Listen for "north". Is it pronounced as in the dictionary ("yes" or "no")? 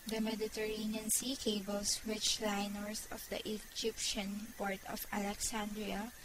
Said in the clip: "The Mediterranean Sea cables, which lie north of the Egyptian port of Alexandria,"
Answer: no